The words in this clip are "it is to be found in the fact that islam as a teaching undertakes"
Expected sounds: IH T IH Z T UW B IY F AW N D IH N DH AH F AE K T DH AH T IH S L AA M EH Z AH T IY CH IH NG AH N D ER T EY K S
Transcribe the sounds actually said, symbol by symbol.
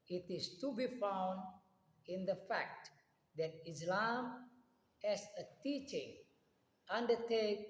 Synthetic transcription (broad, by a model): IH T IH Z T UW B IY F AW N D IH N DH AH F AE K T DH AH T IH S L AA M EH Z AH T IY CH IH NG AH N D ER T EY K